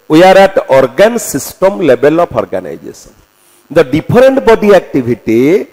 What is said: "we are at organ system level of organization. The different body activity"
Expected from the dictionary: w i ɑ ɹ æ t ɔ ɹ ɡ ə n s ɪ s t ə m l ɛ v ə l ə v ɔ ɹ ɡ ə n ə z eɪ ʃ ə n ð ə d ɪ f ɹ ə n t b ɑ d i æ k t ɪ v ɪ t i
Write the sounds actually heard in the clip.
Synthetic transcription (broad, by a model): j ɑ ɹ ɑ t ɔ ɹ ɡ ə n s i s t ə m l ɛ b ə l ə p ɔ ɹ ɡ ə n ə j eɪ s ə n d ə d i p ɹ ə n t b ɑ d i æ k t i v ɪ t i